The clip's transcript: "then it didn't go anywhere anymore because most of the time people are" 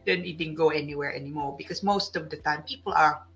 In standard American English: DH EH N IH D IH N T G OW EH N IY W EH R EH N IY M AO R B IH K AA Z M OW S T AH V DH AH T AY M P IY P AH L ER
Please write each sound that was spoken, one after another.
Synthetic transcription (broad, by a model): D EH N IH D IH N G OW EH N IY W EH R EH N IY M AO R B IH K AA S M OW S T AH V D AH T AY M P IY P AH L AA